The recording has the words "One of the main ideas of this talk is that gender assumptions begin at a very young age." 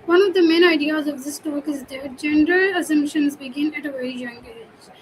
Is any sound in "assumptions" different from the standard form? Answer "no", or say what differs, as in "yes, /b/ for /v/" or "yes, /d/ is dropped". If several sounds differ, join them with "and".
no